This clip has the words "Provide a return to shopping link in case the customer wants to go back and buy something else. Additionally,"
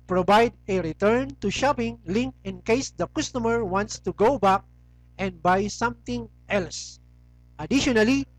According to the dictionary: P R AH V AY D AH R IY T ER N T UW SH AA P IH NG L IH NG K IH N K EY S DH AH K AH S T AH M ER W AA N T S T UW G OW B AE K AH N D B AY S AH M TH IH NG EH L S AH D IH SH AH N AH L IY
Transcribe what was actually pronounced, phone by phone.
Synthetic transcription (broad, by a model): P R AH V AY D AH R IY T ER N T UW SH AA P IH NG L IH NG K IH N K EY S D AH K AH S T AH M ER W AA N T S T UW G OW B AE K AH N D B AY S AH M T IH NG EH L S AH D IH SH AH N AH L IY